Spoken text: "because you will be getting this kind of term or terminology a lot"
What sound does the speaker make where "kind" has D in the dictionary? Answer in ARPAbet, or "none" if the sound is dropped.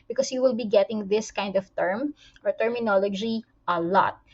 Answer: D